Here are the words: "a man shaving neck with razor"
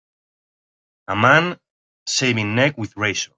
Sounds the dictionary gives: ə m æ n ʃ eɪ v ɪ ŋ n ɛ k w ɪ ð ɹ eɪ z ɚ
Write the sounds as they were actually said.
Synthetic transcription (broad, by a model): ə m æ n s eɪ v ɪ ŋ n ɛ k w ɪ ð ɹ eɪ s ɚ